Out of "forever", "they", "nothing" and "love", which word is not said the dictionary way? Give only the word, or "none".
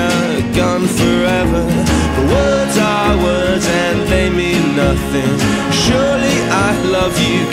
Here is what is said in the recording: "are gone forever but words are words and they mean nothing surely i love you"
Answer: none